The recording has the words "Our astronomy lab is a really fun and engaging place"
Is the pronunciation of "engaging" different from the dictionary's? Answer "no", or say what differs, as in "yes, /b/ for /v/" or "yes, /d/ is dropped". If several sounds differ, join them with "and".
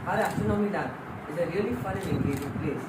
yes, /n/ is dropped